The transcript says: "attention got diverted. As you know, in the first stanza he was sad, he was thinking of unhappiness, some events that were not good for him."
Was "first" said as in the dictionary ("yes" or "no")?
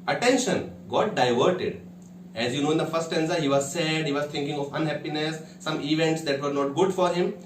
no